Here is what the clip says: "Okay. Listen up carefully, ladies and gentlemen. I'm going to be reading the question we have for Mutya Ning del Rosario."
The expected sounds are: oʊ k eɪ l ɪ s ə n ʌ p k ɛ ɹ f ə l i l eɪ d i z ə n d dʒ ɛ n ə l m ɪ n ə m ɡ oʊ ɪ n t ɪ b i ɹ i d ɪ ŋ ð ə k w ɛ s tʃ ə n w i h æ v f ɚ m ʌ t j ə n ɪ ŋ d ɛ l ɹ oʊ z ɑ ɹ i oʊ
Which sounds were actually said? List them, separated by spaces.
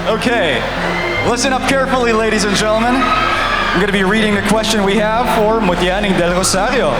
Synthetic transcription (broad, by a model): oʊ k eɪ l ɪ s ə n ʌ p k ɛ ɹ f l i l eɪ d i z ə n dʒ ɛ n l m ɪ n ə m ɡ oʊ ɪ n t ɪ b i ɹ i d ɪ ŋ ð ə k w ɛ s tʃ ə n w i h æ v f ɚ m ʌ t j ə n ɪ ŋ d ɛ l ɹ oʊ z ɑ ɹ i oʊ